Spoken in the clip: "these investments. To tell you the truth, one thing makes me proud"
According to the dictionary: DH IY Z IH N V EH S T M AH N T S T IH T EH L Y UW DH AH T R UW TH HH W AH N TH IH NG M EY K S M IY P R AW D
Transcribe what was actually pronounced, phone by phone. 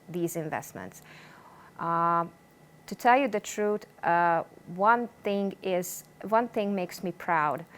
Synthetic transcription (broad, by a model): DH IY Z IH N V EH S T M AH N T S T IH T EH L Y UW DH AH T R UW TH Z W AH N TH IH NG M EY K S M IY P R AW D